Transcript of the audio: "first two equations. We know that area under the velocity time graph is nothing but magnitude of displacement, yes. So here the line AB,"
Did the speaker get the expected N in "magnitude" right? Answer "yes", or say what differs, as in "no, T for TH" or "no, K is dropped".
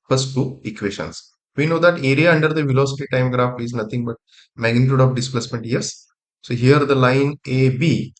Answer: yes